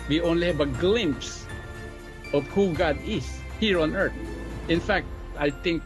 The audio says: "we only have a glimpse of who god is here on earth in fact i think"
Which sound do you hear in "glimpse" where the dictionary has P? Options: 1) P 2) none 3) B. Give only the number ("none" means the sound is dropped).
1